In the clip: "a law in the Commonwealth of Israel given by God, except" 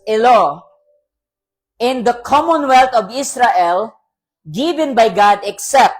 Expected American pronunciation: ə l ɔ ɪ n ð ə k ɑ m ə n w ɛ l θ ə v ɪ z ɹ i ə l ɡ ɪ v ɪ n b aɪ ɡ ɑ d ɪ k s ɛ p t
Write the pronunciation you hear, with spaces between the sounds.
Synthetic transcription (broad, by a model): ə l ɔ ɪ n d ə k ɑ m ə n w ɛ l t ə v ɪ s ɹ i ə l ɡ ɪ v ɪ n b aɪ ɡ ɑ d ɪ k s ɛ p t